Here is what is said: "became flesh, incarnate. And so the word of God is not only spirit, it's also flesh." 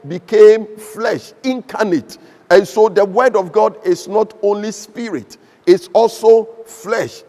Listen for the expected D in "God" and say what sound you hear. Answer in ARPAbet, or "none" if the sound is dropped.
D